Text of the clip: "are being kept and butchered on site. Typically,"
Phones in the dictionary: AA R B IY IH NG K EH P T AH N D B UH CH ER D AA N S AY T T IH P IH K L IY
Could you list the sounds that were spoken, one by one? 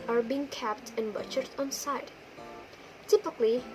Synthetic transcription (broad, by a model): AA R B IY IH NG K EH P T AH N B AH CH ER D AA N S AY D T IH P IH K L IY